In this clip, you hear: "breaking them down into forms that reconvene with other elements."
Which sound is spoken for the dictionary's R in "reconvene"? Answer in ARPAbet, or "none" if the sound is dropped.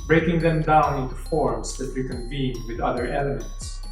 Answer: W